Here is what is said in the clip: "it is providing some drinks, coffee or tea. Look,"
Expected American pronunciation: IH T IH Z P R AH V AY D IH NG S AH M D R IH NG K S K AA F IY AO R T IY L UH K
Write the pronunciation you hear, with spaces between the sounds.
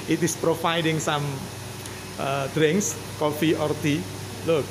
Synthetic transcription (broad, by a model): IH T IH S P R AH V AY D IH NG S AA M D R IH NG K S K AA F IY AO R T IY L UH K